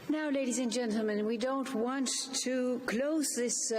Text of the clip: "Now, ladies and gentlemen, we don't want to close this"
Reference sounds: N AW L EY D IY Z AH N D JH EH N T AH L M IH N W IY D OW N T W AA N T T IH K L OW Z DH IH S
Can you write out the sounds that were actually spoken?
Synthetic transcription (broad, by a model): N AW L EY D IY Z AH N JH EH N T L M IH N W IY D OW N T W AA N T T IH K L OW Z DH IH S